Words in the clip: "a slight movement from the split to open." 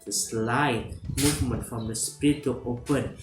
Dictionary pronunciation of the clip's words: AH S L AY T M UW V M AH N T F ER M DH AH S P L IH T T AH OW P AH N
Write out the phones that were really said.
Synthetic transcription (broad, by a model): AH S L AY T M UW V M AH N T F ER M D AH S P IY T T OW P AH N